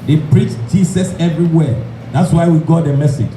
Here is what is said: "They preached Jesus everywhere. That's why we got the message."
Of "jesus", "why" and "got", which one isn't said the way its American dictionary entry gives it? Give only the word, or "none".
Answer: jesus